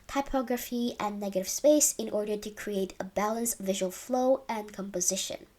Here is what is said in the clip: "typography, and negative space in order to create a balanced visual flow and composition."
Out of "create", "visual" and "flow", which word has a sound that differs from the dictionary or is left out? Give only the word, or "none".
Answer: none